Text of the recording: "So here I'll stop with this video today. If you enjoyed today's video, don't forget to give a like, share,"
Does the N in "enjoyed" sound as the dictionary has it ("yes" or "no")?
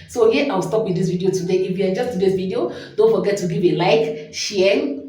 no